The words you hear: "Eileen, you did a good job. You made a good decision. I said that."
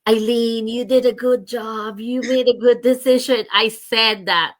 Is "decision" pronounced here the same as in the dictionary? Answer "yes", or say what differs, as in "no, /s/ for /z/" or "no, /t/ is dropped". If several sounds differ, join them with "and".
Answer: yes